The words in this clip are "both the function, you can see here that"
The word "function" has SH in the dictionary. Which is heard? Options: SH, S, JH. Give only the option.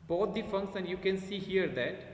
S